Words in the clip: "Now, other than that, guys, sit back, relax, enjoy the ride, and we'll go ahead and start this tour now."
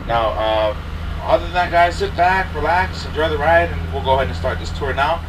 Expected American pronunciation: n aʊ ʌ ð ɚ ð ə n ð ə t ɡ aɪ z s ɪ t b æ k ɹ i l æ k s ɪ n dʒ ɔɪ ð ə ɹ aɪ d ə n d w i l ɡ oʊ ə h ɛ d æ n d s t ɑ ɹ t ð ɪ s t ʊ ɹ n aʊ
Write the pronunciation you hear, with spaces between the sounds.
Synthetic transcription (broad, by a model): n aʊ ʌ ɚ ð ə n ð ə t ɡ aɪ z s ɪ t b æ k ɹ i l æ k s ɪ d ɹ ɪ ð ə ɹ aɪ d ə n w i l ɡ oʊ ə h ɛ d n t s t ɑ ɹ t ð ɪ s t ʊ ɹ n aʊ